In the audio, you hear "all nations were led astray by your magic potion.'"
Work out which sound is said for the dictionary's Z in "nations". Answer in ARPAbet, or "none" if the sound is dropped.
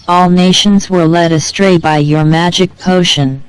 Z